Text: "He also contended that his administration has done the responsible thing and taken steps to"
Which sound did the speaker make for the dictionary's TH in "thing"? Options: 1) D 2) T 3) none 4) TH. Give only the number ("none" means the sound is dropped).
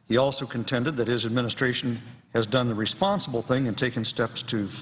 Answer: 4